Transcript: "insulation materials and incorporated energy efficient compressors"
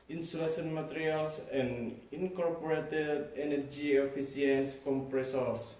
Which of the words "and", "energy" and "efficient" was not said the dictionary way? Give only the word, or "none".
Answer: efficient